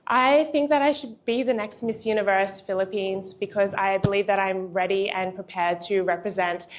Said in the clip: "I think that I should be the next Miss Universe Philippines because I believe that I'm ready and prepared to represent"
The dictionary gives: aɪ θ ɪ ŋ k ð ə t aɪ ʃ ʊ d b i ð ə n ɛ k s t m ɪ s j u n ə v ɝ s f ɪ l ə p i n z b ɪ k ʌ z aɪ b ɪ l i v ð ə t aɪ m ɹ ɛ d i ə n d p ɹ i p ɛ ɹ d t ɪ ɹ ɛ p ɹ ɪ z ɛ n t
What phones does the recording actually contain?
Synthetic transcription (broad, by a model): aɪ θ ɪ ŋ k ð ə t aɪ ʃ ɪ d b i ð ə n ɛ k s t m ɪ s j u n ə v ɝ s f ɪ l ə p i n z b ɪ k ʌ z aɪ b ɪ l i v ð ə t aɪ m ɹ ɛ d i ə n p ɹ i p ɛ ɹ d t ɪ ɹ ɛ p ɹ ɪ z ɛ n t